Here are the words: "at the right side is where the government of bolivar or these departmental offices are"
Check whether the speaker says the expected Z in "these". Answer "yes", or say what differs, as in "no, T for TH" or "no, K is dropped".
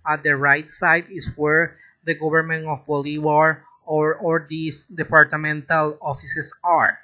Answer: no, S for Z